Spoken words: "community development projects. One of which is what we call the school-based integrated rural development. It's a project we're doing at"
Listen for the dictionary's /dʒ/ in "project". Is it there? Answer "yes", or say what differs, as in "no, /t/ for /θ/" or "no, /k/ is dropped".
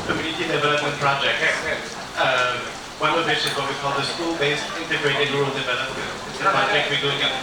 no, /dʒ/ is dropped